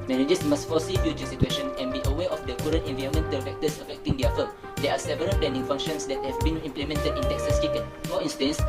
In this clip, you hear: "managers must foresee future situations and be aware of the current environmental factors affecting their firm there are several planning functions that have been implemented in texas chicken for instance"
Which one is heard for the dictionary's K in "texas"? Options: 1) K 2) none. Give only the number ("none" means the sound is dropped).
1